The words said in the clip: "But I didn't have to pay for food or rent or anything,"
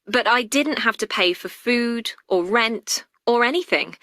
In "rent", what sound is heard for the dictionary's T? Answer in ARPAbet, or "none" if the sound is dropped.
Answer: T